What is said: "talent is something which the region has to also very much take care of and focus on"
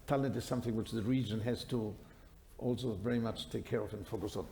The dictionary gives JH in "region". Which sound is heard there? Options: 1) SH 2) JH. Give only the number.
2